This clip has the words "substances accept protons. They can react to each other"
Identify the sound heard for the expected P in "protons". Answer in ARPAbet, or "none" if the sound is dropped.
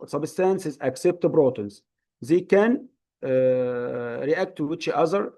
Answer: B